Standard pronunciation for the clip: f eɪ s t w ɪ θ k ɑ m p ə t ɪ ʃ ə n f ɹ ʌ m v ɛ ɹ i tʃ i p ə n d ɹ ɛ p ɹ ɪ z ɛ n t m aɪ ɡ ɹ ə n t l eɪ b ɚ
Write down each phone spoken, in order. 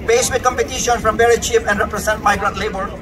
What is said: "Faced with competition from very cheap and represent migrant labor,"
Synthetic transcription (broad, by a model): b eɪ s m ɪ k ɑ m p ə t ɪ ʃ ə n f ɹ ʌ m b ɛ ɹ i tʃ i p ə n d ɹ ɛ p ɹ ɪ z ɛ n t m aɪ ɡ ɹ ə n t l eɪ b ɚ